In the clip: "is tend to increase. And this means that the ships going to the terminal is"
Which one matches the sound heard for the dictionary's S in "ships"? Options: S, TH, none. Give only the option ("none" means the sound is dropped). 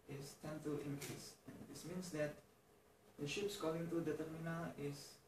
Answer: S